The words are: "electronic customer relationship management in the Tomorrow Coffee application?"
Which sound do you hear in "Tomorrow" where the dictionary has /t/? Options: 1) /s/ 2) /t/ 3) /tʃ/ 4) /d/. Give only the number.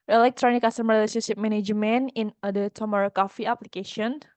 2